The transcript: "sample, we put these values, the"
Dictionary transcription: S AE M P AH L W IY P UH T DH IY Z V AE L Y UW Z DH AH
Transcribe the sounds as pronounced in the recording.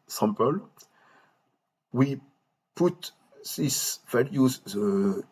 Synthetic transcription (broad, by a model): S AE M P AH L W IY P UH T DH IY S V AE L Y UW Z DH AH